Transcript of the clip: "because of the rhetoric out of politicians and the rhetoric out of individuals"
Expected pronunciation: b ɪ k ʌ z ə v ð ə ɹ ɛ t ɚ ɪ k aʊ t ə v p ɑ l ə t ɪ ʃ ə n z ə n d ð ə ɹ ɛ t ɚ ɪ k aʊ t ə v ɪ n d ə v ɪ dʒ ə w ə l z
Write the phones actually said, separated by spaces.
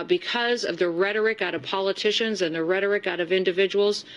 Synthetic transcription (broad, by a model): b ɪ k ʌ z ə v ð ə ɹ ɛ t ɚ ɪ k aʊ t ə v p ɑ l ə t ɪ ʃ ə n z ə n ð ə ɹ ɛ t ɚ ɪ k aʊ t ə v ɪ n d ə v ɪ dʒ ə w l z